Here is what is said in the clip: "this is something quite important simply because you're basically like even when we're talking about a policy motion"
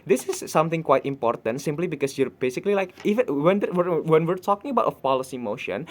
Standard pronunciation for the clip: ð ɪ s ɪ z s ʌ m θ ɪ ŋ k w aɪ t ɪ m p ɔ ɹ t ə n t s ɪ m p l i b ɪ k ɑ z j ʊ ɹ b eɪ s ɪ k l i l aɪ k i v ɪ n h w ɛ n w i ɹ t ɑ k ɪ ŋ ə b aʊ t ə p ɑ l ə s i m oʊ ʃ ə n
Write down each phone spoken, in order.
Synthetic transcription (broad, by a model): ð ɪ s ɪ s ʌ m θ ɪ ŋ k w aɪ t ɪ m p ɔ ɹ t ə n t s ɪ m p l i b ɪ k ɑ s j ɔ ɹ b eɪ s ɪ k l i l aɪ k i w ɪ n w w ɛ n w i ɹ t ɑ k ɪ ŋ ə b aʊ t ə p ɑ l ə s i m oʊ ʃ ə n